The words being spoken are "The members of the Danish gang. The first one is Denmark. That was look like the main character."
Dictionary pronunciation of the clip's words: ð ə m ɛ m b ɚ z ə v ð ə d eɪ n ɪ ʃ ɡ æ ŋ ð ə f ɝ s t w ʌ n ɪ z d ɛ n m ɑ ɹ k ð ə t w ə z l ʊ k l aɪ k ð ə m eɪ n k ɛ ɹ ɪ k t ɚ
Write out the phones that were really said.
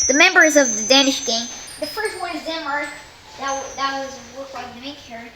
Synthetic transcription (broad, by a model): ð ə m ɛ m b ɚ z ə v ð ə d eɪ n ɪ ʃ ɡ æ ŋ ð ə f ɝ s t w ʌ n ɪ z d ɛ m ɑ ɹ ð ð ə t w ə z w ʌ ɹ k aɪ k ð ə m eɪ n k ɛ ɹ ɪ